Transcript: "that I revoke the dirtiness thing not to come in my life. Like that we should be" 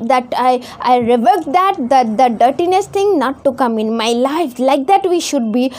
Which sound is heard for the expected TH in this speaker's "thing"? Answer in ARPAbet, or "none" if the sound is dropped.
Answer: T